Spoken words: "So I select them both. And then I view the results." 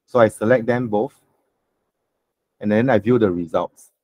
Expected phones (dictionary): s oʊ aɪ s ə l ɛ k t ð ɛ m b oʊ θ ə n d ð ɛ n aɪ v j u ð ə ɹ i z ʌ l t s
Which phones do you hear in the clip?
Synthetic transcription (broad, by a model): s oʊ aɪ s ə l ɛ k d ɛ m b oʊ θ ə n d ɛ n aɪ v j u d ə ɹ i z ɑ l t s